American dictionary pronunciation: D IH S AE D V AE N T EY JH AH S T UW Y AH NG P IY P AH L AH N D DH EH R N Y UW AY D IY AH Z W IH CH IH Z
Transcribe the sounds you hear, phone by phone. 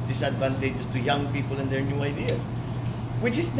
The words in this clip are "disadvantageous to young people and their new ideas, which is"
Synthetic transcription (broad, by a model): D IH S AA D V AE N T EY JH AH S T UW Y AH NG P IY P AH L AH N D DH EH R N Y UW AY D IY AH W IH CH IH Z